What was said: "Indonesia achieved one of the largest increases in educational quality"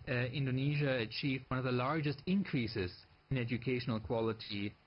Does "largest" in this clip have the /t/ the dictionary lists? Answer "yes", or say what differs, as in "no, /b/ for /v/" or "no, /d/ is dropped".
yes